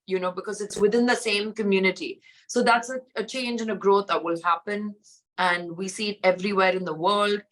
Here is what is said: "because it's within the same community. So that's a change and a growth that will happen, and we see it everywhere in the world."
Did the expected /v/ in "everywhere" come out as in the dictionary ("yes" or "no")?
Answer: yes